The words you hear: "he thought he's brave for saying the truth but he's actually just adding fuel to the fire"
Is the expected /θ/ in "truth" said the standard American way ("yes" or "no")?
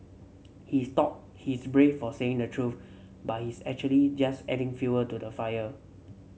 no